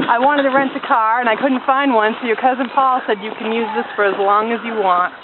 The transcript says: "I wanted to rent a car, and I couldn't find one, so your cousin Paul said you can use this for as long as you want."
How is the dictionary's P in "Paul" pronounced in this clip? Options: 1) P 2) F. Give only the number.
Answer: 1